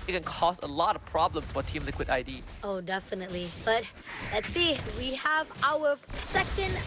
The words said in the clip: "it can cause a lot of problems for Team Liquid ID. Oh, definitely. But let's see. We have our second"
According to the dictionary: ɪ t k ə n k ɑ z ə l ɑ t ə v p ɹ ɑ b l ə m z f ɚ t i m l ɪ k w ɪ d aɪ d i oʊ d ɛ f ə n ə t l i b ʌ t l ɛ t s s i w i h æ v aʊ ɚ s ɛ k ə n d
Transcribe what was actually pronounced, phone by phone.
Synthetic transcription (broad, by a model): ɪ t k ə n k ɑ s ə l ɑ t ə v p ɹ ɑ b l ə m s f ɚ t i m l ɪ k w ɪ d aɪ d i oʊ d ɛ f ə n ə t l i b ʌ t l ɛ t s s i w i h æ v aʊ ɚ s ɛ k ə n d